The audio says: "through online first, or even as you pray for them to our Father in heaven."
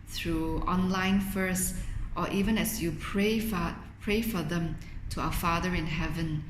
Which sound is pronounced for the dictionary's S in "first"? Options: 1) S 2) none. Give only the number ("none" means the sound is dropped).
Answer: 1